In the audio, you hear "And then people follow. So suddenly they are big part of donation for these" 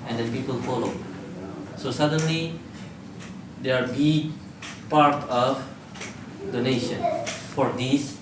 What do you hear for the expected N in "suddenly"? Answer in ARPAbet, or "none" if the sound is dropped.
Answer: N